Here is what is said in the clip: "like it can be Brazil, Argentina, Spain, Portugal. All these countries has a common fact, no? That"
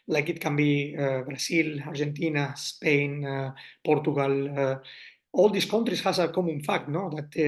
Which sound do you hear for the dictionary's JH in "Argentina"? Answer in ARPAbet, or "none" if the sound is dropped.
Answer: ZH